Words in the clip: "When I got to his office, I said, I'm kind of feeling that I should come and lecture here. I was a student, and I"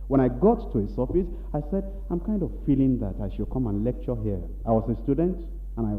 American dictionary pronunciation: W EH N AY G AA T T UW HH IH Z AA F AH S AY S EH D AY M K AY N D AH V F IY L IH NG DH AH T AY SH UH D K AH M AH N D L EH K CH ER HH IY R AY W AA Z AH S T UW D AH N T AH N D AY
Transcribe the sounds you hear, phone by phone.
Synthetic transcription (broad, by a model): W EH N AY G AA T T UW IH S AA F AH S AY S EH D AY M K AY N D AH V F IY L IH NG DH AH T AY SH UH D K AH M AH N L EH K CH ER HH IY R AY W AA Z AH S T UW D AH N T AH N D AY